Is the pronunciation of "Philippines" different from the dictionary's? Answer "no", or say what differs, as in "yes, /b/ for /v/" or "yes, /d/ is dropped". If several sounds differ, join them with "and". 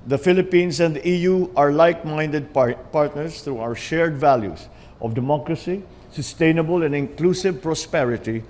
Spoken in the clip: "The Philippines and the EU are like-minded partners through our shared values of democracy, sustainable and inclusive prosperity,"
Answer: yes, /s/ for /z/